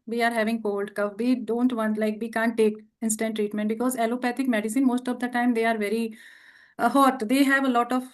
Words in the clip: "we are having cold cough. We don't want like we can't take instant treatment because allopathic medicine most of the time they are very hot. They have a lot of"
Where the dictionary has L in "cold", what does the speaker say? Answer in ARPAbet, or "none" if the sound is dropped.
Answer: L